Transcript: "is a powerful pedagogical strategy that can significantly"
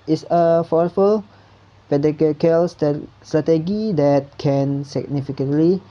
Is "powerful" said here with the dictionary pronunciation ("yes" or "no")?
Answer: no